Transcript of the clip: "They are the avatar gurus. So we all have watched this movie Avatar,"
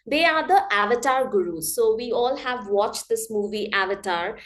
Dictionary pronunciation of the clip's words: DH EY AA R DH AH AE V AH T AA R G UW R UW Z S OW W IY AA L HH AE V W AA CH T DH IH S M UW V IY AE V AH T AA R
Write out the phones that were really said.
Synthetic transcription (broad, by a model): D EY AA R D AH AE V AH T AA R G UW R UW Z S OW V IY AA L HH AE V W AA CH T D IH S M UW V IY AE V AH T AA R